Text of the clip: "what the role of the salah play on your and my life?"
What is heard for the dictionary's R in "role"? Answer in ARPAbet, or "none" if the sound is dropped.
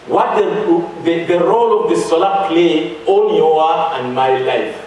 R